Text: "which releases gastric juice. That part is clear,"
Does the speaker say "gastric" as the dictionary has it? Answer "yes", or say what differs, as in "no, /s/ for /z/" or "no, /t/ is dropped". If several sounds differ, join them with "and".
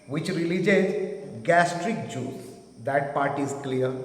yes